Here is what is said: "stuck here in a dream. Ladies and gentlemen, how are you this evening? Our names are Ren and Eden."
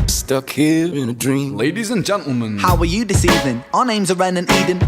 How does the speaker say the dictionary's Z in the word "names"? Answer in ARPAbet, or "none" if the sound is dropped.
Z